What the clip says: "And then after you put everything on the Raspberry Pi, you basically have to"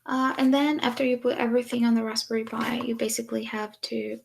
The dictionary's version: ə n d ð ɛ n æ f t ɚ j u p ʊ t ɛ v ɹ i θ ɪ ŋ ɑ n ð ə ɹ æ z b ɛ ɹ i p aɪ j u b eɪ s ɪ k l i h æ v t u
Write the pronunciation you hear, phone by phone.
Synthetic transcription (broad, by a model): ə n ð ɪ n æ f t ɚ j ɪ p ʊ t ɛ v ɹ i θ ɪ ŋ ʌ n ð ə ɹ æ s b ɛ ɹ i b aɪ j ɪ b eɪ s ɪ k l i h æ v t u